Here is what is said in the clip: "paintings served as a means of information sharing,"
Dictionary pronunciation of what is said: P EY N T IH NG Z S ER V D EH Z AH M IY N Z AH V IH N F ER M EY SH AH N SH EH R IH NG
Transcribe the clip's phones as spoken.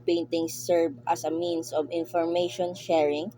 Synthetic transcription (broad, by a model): P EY N T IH NG S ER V AH S AH M IY N S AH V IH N F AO M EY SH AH N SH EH R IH NG